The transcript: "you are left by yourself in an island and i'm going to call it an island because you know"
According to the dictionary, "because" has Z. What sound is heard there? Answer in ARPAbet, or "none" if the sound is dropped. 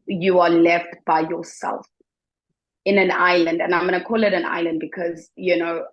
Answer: Z